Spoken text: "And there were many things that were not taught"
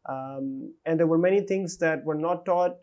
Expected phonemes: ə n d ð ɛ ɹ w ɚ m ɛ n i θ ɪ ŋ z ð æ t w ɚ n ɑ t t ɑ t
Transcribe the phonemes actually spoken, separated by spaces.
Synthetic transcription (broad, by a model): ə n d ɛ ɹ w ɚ m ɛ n i t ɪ ŋ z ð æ t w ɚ n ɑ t t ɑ t